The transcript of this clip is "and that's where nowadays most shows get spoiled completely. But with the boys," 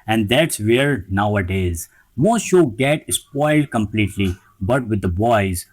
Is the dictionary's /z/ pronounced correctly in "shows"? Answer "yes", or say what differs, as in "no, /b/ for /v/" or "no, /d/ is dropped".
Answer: no, /z/ is dropped